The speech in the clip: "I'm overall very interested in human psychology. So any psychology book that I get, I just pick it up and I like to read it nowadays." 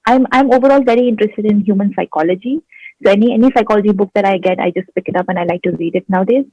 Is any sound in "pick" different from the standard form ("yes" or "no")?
no